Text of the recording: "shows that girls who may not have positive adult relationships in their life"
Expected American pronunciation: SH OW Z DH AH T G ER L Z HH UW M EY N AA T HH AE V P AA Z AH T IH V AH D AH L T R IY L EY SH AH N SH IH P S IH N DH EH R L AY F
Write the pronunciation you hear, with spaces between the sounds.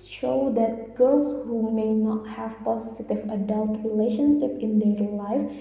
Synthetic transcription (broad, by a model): SH OW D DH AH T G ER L S HH UW M EY N AA T HH AE V P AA S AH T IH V AH D AH L T R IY L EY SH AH N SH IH P IH N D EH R L AY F